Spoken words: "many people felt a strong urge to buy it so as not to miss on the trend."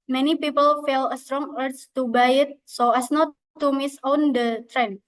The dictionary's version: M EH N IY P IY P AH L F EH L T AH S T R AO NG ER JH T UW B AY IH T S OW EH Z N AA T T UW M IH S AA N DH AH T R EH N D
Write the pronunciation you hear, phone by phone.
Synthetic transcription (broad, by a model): M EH N IY P IY P AH L F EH L AH S T R AO NG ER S T UW B AY IH T S OW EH S N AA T T UW M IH S AA N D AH T R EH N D